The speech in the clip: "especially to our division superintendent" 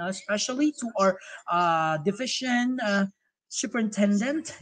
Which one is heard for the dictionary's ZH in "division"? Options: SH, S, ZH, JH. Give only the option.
SH